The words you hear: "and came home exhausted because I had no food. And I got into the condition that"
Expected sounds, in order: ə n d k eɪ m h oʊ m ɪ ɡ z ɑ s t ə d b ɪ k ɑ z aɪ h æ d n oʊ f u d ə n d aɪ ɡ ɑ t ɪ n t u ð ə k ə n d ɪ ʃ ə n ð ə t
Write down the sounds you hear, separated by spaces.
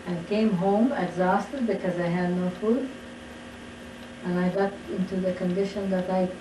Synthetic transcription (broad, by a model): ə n k eɪ m h oʊ m ɪ ɡ z ɑ s t ə d b ɪ k ɑ z aɪ h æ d n oʊ f u d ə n aɪ ɡ ɑ t ɪ n t u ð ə k ə n d ɪ ʃ ə n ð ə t